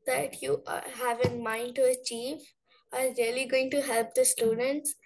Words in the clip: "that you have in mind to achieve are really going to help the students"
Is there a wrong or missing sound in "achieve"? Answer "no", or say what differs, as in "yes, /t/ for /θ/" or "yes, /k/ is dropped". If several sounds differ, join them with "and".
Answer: no